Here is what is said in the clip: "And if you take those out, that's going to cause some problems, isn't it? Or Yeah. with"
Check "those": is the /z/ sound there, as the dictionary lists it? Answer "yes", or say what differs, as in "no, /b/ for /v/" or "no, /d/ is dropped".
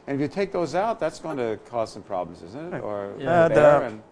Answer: yes